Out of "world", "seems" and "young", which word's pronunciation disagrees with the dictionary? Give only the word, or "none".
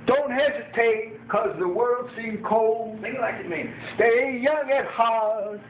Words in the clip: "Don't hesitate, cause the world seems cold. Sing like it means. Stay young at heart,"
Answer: seems